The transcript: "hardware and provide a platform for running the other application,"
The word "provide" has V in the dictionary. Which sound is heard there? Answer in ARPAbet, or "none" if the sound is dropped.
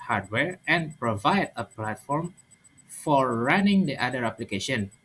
V